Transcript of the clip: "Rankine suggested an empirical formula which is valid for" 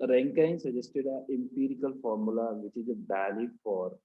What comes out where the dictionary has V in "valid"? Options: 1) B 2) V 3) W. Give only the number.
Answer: 1